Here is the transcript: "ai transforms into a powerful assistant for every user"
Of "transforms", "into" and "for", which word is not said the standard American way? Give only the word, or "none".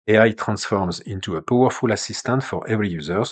none